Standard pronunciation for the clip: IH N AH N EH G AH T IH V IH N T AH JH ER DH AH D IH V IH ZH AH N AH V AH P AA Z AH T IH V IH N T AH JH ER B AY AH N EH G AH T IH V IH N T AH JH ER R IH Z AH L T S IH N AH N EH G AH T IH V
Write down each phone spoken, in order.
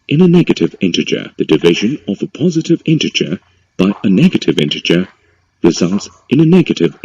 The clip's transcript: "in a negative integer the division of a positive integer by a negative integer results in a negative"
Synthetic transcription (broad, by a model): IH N AH N EH G AH T IH V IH N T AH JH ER DH AH D IH V IH ZH AH N AH V AH P AA Z AH T IH V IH N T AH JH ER B AY AH N EH G AH T IH V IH N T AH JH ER R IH Z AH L T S IH N AH N EH G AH T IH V